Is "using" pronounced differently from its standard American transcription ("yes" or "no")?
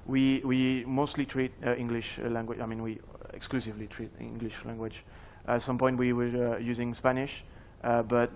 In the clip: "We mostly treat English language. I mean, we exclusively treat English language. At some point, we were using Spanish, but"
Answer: no